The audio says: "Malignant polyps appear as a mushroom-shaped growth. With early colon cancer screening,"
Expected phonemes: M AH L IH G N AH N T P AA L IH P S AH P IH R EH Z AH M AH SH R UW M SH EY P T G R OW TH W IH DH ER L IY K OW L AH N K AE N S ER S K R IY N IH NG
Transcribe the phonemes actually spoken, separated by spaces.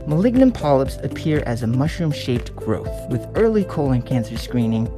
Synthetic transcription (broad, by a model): M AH L IH G N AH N P AA L IH P S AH P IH R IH Z AH M AH SH R UW M SH EY P T G R OW TH W IH DH ER L IY K OW L AH N K AE N S ER S K R IY N IH NG